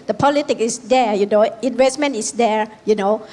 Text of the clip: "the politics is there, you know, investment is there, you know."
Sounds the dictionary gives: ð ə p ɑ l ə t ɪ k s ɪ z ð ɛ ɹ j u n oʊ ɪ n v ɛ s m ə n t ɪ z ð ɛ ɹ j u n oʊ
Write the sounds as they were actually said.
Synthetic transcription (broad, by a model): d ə p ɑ l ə t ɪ k ɪ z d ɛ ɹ j u n oʊ ɪ n v ɛ s m ə n t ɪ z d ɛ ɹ j u n oʊ